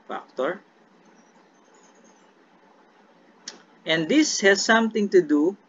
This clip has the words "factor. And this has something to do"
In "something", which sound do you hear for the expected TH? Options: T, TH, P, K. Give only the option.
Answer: T